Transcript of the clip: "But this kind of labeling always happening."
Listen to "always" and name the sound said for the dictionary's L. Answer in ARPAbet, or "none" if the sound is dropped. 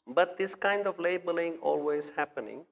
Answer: L